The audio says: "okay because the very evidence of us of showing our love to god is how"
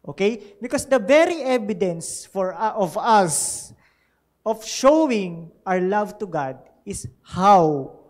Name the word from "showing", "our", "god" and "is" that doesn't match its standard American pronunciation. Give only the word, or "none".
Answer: is